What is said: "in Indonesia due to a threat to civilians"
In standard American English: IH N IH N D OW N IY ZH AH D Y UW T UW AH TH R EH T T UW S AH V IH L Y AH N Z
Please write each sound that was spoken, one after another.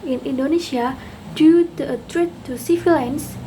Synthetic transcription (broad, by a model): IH N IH N D OW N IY SH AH D Y UW T UW AH T R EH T T UW S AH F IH L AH N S